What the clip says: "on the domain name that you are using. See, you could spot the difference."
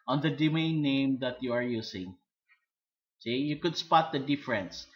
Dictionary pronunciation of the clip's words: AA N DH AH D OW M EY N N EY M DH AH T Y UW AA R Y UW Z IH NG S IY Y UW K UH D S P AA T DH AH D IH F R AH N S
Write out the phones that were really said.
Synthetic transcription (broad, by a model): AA N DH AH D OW M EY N N EY M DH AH T Y UW AA R Y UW S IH NG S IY Y UW K UH D S P AA T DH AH D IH F R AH N S